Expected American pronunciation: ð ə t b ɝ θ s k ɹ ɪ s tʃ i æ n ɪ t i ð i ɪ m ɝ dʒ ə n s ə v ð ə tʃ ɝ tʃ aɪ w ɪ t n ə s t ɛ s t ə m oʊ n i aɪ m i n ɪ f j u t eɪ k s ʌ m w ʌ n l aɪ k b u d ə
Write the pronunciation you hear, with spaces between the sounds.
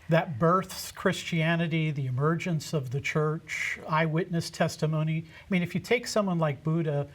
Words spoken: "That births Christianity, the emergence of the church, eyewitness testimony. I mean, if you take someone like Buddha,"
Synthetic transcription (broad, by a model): ð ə t b ɝ θ s k ɹ ɪ s tʃ i æ n ɪ t i ð i ɪ m ɝ dʒ ə n s ə v ð ə tʃ ɝ tʃ aɪ w ɪ t n ə s t ɛ s t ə m oʊ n i aɪ m i n ɪ f j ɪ t eɪ k s ʌ m w ʌ n l aɪ k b u d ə